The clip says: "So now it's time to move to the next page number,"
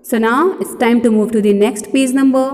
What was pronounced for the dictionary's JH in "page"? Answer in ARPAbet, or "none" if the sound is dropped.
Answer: Z